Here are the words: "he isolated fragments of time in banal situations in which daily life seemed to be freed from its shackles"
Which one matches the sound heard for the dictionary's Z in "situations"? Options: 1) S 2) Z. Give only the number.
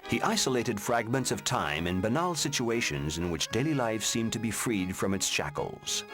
2